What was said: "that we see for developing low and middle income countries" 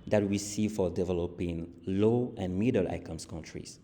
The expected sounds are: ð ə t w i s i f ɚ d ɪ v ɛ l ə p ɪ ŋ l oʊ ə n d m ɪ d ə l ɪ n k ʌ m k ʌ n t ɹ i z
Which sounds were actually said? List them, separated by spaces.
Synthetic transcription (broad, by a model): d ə t w i s i f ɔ d ɪ v ɛ l ə p ɪ ŋ l oʊ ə n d m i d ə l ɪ k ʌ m k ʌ n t ɹ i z